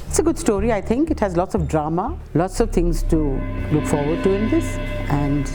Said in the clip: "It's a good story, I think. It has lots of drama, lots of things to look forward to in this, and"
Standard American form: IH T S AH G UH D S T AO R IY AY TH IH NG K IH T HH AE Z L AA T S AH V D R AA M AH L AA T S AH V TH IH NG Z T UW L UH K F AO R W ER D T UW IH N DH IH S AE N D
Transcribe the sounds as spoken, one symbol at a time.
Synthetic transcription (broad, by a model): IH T S AH G UH D S T AO R IY AY T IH NG K IH T HH AE Z L AA T S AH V D R AA M AH L AA T S AH V T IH NG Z T UW L UH K F AO R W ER D T UW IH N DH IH S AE N D